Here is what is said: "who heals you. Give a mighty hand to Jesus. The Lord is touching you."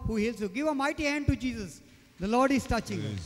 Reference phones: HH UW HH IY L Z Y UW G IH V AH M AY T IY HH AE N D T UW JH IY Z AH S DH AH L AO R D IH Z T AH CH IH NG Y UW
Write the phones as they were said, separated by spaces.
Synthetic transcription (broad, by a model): HH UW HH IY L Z Y UW G IH V AH M AY T IY HH AE N D T UW JH IY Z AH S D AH L AO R D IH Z T AH CH IH NG